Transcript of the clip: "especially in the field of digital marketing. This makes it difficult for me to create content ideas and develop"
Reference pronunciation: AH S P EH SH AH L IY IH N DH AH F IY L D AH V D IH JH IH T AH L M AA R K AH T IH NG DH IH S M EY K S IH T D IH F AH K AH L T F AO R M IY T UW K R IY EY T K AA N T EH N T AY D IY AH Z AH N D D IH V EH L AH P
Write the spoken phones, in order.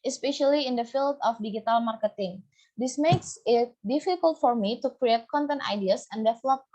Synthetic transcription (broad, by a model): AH S P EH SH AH L IY IH N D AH F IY L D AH F D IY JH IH T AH L M AA R K AH T IH NG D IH S M EY K S IH T D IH F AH K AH L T F AO R M IY T UW K R IY EY T K AA N T EH N T AY D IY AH S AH N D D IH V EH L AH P